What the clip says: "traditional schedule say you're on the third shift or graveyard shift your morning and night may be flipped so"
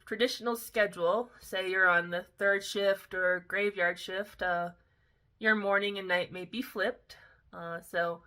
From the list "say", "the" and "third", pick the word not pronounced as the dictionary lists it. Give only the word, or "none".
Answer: none